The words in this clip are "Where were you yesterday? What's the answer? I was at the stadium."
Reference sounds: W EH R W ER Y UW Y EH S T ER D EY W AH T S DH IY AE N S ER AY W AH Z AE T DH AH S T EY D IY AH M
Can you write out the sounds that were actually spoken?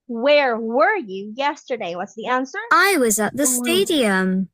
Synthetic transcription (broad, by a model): W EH R W ER Y UW Y EH S T ER D EY W AH T S DH IY AE N S ER AY W AH Z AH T DH AH S T EY D IY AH M